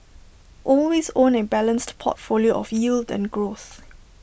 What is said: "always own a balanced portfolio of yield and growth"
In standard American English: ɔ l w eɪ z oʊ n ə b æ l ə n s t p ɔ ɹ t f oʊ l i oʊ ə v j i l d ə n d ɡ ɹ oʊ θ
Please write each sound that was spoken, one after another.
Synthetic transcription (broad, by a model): ɔ l w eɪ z oʊ n ə b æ l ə n s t p ɔ t f oʊ l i oʊ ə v j i l d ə n ɡ ɹ oʊ θ